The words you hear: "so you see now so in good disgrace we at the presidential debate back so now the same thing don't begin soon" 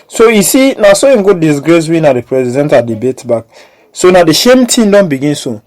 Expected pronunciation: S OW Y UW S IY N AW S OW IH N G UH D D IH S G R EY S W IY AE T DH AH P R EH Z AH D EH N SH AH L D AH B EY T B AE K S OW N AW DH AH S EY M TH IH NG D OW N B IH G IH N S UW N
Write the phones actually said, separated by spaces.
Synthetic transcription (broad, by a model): S OW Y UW S IY N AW S OW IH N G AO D D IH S G R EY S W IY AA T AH P R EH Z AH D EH N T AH D AH B EY T B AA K S OW N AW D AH SH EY M T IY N D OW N B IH G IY N S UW